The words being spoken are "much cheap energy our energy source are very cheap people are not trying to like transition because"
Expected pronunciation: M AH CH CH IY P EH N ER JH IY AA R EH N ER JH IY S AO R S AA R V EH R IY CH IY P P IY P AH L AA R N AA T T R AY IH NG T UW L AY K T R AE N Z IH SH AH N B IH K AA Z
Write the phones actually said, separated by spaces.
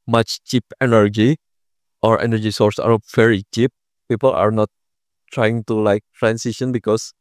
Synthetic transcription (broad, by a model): M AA CH CH IY P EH N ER JH IY AA R EH N ER JH IY S AO R S AA R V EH R IY CH IY P P IY P AH L AA R N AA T T R AY IH NG T UW L AY K T R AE N S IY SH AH N B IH K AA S